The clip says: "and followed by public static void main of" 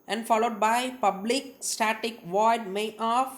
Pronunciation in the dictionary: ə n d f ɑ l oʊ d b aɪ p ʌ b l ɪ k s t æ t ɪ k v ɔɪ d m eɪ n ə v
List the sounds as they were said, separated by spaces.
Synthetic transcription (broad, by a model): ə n d f ɑ l oʊ d b aɪ p ʌ b l ɪ k s t æ t ɪ k v ɔɪ d m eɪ ə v